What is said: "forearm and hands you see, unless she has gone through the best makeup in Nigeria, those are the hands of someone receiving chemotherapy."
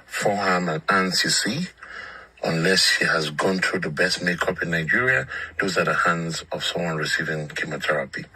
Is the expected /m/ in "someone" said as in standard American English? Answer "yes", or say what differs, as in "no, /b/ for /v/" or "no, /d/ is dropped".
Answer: yes